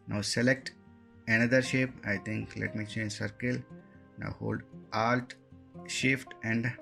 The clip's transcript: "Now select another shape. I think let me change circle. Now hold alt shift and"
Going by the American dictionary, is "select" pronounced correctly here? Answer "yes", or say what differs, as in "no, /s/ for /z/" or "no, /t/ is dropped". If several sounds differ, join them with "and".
yes